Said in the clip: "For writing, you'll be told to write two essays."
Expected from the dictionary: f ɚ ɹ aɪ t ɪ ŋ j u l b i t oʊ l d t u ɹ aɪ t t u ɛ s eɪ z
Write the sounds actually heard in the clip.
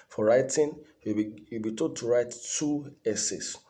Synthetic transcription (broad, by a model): f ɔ ɹ aɪ t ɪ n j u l b i t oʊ d t u ɹ aɪ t t u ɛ s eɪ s